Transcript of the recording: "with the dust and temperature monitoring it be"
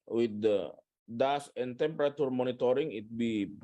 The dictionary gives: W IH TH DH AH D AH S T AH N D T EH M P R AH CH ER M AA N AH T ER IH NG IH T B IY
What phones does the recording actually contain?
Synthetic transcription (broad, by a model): W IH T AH D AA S AH N T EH M P R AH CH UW M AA N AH T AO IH NG IH T B IY